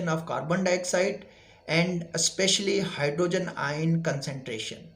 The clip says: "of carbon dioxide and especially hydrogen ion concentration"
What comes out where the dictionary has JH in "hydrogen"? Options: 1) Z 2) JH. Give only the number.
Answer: 2